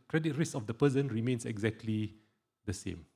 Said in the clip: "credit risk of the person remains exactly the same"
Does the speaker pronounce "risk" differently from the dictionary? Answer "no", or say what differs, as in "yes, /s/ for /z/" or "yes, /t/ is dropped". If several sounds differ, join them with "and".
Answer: yes, /k/ is dropped